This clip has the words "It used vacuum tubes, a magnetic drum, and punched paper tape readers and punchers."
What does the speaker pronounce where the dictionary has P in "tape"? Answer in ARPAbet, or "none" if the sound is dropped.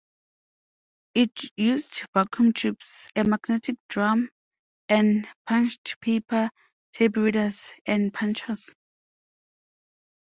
B